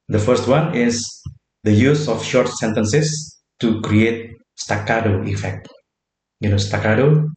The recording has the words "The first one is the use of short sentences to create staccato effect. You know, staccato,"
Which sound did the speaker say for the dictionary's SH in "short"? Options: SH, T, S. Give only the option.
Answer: SH